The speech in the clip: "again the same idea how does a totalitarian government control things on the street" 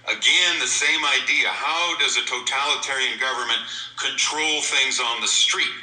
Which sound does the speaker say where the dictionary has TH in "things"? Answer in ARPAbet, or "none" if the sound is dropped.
TH